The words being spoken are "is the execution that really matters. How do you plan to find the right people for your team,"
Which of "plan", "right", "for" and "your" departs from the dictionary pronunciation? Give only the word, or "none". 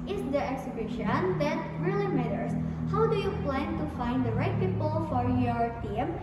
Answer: none